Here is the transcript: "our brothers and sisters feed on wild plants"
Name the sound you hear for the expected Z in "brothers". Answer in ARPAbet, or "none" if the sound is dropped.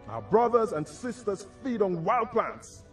Z